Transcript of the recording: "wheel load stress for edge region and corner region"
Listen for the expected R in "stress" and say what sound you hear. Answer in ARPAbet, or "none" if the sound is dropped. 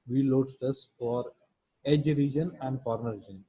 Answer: none